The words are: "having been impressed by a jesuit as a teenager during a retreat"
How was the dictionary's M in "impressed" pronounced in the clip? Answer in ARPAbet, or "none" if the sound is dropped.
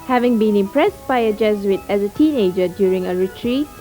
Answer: M